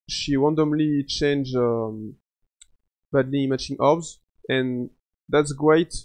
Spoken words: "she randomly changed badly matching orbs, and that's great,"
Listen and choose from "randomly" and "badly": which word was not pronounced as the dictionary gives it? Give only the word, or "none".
randomly